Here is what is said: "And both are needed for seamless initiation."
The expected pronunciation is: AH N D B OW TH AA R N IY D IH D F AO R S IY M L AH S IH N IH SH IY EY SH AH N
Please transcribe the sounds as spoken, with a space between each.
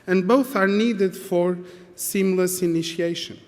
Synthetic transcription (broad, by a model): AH N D B OW TH AA R N IY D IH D F AO R S IY M L AH S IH N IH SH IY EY SH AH N